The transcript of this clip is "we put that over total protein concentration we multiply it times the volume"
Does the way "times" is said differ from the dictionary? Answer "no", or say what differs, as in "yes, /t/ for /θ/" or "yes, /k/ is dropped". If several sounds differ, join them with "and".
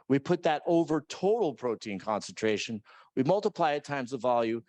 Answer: no